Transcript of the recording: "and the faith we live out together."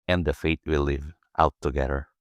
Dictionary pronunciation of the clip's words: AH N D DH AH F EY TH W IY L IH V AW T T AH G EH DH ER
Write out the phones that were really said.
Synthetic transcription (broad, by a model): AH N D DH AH F EY T W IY L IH V AW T T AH G EH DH ER